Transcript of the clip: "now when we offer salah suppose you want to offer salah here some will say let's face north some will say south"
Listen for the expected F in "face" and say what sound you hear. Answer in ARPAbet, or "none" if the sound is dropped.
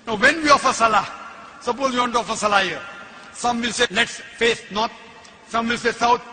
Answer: F